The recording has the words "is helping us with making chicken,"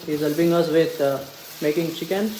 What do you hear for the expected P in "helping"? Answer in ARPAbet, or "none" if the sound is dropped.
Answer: B